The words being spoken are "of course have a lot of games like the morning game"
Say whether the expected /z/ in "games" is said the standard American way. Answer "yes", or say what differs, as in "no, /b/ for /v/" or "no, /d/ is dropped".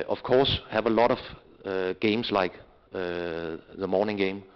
no, /s/ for /z/